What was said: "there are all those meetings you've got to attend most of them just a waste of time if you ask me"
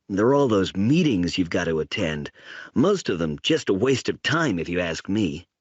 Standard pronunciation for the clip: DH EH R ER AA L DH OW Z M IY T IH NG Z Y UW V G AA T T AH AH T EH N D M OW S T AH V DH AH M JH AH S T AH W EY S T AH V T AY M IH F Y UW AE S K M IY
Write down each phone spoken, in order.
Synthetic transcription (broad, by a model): DH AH R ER AA L DH OW Z M IY T IH NG Z Y UW V G AA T T AH AH T EH N D M OW S T AH V DH AH M JH AH S T AH W EY S T AH V T AY M IH F Y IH AE S K M IY